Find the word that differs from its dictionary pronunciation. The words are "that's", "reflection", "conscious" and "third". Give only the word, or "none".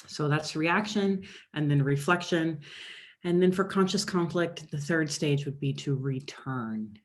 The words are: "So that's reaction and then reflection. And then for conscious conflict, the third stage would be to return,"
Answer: none